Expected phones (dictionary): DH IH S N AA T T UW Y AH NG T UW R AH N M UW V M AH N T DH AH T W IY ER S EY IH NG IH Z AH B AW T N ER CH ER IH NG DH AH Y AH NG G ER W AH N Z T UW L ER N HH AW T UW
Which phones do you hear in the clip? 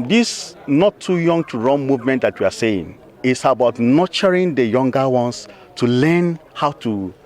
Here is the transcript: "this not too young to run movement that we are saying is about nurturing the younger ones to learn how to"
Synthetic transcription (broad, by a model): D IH S N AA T T UW Y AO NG T UW R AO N M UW V M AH N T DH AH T W IY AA S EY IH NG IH S AH B AW T N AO CH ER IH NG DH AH Y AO NG G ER W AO N S T UW L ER N HH AW T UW